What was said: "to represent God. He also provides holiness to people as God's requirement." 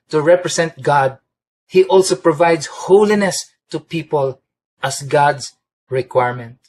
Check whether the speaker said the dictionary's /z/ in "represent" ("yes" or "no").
no